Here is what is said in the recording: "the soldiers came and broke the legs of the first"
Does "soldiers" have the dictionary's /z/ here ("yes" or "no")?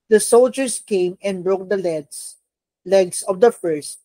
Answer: no